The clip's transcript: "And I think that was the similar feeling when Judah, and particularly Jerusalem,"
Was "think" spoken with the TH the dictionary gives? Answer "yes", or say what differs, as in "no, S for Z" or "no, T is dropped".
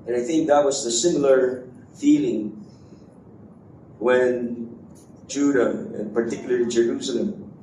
yes